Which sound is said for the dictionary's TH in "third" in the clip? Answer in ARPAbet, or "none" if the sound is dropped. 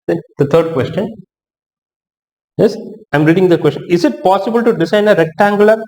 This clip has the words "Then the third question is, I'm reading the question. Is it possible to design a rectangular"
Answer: T